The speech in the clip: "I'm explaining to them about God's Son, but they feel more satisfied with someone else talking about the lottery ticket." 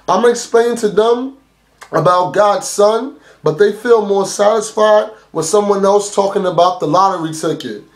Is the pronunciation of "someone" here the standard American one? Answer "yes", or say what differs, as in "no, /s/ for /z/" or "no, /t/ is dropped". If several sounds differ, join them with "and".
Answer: yes